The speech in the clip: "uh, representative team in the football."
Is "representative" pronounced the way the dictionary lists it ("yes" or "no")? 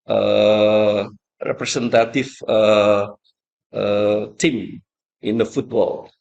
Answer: no